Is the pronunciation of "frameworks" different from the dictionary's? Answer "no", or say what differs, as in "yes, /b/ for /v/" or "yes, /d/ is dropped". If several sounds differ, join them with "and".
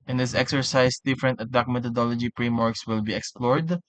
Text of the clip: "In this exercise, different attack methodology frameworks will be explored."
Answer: yes, /p/ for /f/